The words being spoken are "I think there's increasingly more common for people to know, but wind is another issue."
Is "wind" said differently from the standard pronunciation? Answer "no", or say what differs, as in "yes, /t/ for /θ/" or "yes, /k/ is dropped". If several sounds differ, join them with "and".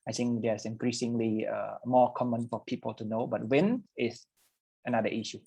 yes, /d/ is dropped